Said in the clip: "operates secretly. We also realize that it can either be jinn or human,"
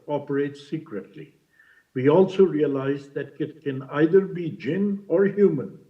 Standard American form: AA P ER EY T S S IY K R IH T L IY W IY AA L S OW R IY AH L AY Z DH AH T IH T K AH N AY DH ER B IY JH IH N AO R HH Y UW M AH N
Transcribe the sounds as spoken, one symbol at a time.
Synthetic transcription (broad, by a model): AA P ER EY T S S IY K R IH T L IY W IY AA L S OW R IY AH L AY Z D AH T IH T K AH N AY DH ER B IY JH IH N AO R HH Y UW M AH N